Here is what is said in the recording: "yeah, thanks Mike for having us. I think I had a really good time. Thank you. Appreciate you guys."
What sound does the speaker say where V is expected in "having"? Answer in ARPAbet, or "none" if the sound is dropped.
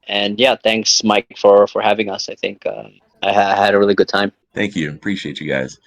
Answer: V